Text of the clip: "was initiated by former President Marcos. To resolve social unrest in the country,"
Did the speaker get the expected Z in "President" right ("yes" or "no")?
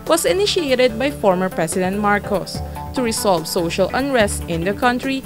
no